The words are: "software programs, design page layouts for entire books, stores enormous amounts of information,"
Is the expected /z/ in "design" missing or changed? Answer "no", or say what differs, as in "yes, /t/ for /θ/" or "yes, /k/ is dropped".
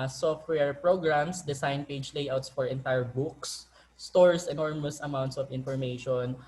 yes, /s/ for /z/